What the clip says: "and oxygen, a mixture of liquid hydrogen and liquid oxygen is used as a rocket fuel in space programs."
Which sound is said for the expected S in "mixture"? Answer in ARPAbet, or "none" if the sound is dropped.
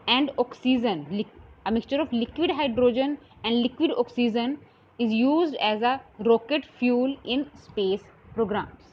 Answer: S